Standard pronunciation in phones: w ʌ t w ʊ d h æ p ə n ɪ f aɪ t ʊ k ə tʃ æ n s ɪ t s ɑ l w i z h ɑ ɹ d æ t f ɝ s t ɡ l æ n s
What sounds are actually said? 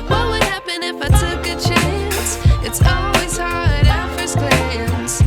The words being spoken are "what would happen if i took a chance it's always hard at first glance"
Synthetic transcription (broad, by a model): w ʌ t w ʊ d h æ p ə n ɪ f aɪ t ʊ k ə tʃ æ n s ɪ t s ɑ l w i z h ɑ ɹ d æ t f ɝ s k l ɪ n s